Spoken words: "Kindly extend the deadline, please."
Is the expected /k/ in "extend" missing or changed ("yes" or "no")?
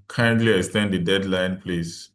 yes